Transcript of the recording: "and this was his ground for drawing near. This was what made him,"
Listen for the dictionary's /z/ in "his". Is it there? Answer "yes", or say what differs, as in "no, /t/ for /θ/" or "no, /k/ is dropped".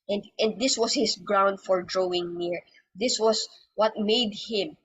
no, /s/ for /z/